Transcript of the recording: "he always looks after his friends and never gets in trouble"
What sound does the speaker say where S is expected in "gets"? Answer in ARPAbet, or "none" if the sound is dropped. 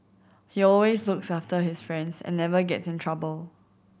S